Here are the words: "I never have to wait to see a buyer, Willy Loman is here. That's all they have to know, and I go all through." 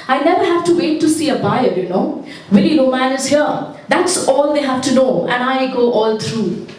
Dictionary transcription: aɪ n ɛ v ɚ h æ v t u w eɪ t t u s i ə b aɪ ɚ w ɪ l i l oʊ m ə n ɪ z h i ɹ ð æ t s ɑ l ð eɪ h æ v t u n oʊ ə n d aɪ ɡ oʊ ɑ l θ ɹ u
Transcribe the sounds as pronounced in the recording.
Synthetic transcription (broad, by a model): aɪ n ɛ v ɚ h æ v t u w eɪ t t u s i ə b aɪ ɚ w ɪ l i n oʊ m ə n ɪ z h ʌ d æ t s ɑ l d eɪ h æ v t u n oʊ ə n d aɪ ɡ oʊ ɑ l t ɹ u